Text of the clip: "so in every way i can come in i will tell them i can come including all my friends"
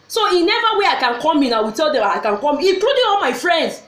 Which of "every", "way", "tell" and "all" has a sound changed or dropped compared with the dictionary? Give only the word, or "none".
every